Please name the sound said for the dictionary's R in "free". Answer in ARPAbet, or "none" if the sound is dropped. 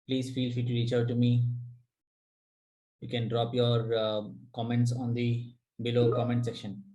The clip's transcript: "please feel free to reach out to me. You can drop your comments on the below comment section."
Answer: none